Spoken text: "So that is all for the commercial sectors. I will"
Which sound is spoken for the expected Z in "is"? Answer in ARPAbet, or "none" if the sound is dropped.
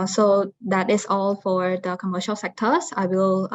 S